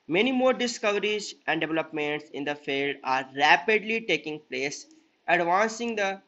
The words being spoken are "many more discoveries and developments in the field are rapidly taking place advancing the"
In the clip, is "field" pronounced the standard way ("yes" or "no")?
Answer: yes